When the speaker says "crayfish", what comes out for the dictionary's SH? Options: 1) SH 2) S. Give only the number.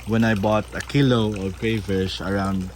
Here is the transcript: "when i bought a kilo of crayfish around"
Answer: 2